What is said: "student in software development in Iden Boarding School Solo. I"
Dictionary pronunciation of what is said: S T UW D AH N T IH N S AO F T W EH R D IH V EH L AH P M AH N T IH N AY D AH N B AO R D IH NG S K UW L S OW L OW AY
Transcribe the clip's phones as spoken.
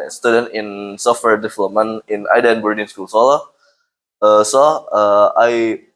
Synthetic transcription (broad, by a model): S T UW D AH N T IH N S AO F T W EH R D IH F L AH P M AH N IH N AY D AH N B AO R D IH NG S K UW L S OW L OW AY